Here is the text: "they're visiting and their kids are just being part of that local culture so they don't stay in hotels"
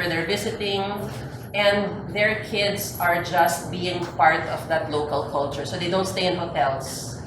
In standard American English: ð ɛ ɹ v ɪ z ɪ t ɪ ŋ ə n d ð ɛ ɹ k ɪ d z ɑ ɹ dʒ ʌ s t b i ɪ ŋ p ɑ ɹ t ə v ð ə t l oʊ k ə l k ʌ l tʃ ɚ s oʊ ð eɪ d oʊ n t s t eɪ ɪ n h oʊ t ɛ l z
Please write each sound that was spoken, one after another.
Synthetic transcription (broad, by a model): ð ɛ ɹ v ɪ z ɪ t ɪ ŋ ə n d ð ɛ ɹ k ɪ d s ɑ ɹ dʒ ʌ s t b i ɪ ŋ p ɑ ɹ t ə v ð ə t l oʊ k ə l k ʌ l tʃ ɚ s oʊ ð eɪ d oʊ n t s t eɪ ɪ n h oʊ t ɛ l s